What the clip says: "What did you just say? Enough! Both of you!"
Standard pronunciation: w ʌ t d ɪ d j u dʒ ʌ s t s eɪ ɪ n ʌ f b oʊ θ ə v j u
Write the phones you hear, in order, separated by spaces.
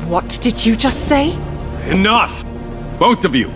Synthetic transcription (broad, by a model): w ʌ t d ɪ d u dʒ ʌ s t s eɪ ɪ n ʌ f b oʊ θ ə v j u